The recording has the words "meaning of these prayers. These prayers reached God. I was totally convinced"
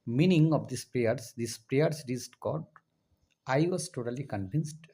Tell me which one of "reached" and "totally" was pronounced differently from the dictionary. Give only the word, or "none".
reached